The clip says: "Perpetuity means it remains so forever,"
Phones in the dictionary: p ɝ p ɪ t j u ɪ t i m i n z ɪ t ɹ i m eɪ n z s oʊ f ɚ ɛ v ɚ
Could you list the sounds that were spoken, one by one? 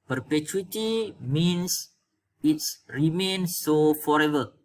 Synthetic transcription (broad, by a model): p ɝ p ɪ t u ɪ t i m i n s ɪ t ɹ i m eɪ n s oʊ f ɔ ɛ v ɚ